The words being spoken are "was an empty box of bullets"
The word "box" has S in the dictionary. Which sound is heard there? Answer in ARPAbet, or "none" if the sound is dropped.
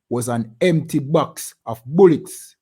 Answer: S